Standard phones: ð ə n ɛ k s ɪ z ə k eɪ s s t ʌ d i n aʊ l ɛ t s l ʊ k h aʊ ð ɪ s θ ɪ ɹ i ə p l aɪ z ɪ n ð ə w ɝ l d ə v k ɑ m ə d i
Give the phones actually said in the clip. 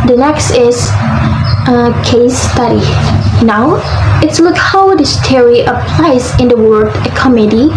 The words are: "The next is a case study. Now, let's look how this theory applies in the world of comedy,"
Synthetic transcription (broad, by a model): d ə n ɛ k s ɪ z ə k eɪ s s t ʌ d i n aʊ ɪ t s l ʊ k h aʊ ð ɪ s t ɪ ɹ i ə p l aɪ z ɪ n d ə w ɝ d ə k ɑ m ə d i